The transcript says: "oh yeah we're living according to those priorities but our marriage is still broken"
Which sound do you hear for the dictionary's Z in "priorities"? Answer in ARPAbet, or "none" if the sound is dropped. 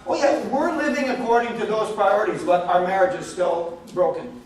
Z